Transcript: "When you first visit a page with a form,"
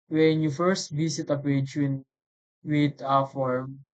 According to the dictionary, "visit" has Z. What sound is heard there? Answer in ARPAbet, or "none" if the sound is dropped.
S